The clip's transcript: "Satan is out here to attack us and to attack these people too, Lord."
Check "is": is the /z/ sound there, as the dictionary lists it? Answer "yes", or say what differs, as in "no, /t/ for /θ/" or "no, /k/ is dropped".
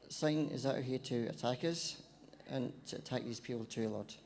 yes